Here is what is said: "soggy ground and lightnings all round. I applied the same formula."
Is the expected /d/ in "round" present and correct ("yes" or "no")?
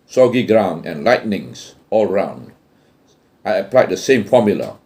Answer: yes